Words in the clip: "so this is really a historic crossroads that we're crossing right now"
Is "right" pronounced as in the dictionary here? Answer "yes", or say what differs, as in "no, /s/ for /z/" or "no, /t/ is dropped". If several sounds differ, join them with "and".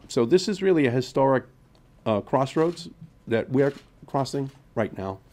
yes